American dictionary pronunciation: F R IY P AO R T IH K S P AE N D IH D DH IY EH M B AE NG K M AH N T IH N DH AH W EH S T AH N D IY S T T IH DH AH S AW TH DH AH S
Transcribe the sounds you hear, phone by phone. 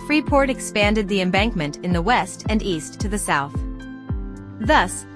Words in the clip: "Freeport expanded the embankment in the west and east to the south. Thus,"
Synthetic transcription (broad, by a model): F R IY P AO R T IH K S P AE N D IH D DH IY EH M B AE NG K M AH N T IH N DH AH W EH S T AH N IY S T T IH DH AH S AW TH DH AH S